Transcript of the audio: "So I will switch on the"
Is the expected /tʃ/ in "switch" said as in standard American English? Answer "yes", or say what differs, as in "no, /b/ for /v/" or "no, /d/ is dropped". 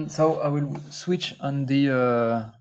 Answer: yes